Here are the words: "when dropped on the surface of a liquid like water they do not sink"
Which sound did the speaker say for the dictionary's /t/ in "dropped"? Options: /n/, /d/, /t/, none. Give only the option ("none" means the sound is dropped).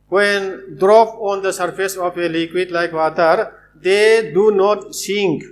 none